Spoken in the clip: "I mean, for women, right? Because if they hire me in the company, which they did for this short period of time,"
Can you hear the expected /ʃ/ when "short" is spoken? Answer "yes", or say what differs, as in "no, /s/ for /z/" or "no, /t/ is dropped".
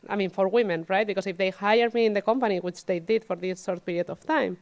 no, /s/ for /ʃ/